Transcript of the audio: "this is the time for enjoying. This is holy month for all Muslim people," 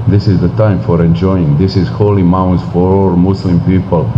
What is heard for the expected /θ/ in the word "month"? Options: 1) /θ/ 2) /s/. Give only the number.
2